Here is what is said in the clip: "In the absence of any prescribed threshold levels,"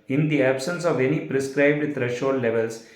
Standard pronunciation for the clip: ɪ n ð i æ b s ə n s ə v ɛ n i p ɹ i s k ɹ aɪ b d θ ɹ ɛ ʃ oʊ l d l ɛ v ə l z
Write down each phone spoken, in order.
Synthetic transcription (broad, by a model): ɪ n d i æ b s ə n s ə v ɛ n i p ɹ i s k ɹ aɪ b d t ɹ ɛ ʃ oʊ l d l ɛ v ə l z